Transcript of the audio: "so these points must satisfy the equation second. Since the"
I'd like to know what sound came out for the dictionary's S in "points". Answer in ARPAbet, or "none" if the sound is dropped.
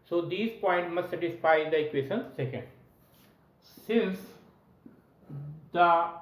none